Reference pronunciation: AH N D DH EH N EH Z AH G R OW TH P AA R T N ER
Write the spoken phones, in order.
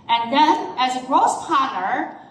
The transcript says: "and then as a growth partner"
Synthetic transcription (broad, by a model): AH N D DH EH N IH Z AH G R OW S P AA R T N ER